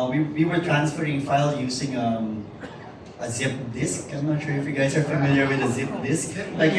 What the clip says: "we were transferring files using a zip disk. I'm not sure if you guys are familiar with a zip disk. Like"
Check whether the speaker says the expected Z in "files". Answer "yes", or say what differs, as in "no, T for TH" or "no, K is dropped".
no, Z is dropped